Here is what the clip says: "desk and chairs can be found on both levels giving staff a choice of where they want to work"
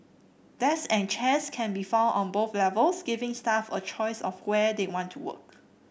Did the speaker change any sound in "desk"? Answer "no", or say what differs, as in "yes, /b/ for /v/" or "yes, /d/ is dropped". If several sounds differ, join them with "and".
yes, /k/ is dropped